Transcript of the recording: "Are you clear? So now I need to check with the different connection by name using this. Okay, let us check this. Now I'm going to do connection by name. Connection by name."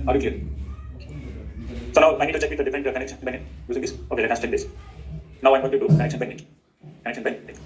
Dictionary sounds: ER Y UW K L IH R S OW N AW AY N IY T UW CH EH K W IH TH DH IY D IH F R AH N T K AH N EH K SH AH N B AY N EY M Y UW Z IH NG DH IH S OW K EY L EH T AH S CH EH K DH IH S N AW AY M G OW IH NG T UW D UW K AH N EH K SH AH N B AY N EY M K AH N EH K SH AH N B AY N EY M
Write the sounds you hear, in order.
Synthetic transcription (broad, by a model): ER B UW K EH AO S OW N AW AY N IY T UW CH EH K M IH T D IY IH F AH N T K AH N EH K SH AH N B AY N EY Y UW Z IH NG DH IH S OW K EY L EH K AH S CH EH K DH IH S N AW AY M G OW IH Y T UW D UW K AH N EH K SH AH N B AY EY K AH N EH K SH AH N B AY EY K